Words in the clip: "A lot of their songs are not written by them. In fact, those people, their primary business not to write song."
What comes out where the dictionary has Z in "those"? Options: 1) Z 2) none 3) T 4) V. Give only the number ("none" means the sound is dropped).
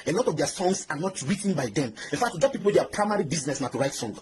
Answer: 2